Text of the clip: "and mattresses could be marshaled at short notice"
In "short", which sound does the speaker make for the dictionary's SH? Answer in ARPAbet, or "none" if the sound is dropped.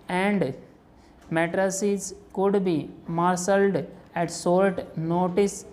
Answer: S